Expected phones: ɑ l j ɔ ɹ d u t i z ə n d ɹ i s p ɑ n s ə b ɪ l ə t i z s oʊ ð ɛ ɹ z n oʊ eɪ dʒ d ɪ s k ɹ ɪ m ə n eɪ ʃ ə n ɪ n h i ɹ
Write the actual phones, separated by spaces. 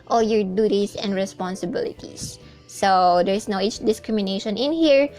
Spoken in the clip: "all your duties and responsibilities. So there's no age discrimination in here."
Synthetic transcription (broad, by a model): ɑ l j ɔ ɹ d u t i s ə n d ɹ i s p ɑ n s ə b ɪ l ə t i s oʊ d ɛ ɹ s n oʊ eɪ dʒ d ɪ s k ɹ ɪ m ə n eɪ ʃ ə n ɪ n h i ɹ